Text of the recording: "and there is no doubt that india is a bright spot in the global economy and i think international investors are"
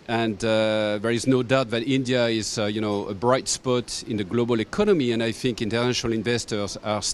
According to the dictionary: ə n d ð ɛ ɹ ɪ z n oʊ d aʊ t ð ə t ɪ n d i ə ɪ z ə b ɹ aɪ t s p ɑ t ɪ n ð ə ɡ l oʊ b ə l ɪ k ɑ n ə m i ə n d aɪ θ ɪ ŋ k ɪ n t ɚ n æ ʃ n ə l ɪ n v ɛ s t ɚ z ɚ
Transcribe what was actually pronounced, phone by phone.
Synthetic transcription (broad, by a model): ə n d ð ɛ ɹ ɪ z n oʊ d aʊ t ð ə t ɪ n d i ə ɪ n ə b ɹ aɪ t s p ɑ t ɪ n ð ə ɡ l oʊ b ə l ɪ k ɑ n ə m i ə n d aɪ θ ɪ ŋ k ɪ n t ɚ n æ ʃ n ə l ɪ n v ɛ s t ɚ z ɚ